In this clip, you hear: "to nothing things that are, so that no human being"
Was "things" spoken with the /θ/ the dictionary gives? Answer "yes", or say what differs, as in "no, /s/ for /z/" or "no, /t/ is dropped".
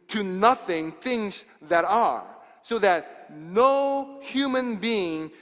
yes